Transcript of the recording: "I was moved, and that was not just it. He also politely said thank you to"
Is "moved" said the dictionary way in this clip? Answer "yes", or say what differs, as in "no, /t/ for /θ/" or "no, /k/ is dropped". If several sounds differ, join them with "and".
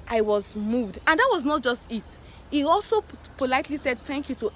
yes